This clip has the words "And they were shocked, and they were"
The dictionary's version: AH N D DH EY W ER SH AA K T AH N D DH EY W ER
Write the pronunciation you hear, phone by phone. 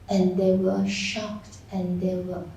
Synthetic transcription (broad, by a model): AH N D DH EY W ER SH AA K T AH N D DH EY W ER